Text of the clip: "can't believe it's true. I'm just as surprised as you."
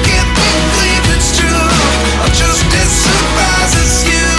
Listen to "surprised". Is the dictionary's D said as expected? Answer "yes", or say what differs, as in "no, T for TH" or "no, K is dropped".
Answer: no, D is dropped